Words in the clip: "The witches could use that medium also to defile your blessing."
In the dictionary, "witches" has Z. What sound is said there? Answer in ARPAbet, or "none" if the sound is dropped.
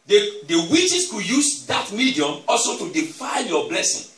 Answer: S